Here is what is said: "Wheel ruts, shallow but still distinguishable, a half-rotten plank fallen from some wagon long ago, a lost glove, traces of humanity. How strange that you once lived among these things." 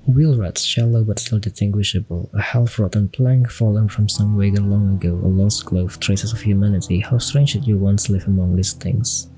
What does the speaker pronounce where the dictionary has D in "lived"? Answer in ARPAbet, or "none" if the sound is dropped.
none